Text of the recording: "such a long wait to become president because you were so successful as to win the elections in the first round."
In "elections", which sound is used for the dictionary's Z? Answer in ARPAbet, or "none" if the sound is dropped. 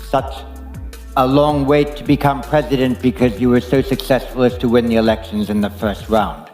Z